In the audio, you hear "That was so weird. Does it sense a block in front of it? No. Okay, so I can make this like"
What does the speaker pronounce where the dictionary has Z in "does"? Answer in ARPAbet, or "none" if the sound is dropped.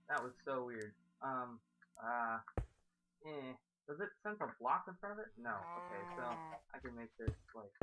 Z